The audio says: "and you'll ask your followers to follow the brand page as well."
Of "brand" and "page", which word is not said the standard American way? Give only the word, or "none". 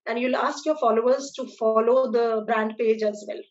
none